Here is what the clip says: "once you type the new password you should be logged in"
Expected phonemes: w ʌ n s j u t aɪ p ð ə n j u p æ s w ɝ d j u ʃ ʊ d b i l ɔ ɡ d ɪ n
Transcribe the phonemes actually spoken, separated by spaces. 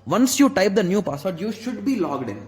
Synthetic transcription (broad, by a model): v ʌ n s j u t aɪ p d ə n j u p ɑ s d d j u ʃ ʊ d b i l ɔ ɡ d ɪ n